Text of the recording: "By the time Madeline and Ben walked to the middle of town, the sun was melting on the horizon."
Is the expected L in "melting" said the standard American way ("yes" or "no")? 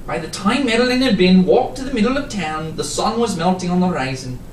yes